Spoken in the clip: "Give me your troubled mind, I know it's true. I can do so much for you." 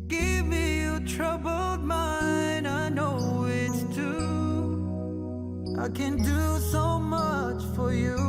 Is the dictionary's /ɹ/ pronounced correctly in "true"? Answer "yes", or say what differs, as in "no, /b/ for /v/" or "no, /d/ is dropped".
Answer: no, /ɹ/ is dropped